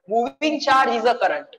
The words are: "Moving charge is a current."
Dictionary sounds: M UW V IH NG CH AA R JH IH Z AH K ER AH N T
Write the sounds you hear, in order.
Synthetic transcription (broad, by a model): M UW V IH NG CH AA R IH Z AH K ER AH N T